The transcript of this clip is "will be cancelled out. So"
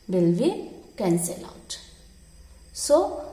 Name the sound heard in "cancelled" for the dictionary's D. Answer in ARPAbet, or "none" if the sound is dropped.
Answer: none